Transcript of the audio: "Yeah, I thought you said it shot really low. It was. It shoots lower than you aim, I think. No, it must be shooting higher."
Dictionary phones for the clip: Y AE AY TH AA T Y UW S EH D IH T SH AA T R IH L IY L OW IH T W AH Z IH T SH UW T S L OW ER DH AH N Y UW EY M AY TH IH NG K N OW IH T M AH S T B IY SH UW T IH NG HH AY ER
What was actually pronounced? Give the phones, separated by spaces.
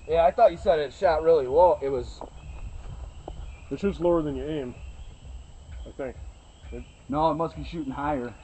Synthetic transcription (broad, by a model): Y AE AY TH AA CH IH S EH D IH T SH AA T R IH L IY W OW IH T W AH Z IH T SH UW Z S L OW ER DH AH N Y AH EY M AY TH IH NG K N OW IH T M AH S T B IY SH UW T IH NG HH AY ER